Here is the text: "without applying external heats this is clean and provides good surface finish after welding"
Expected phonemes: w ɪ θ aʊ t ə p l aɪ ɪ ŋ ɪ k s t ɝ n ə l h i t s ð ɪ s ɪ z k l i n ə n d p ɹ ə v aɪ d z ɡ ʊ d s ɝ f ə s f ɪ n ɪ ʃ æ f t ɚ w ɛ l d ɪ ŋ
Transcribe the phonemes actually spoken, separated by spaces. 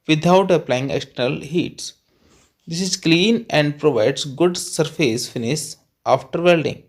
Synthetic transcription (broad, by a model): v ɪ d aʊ t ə p l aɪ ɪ ŋ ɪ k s t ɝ ə l h i t s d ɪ s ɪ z k l i n ə n d p ɹ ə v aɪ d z ɡ ʊ d s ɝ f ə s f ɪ n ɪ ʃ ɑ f t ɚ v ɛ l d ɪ ŋ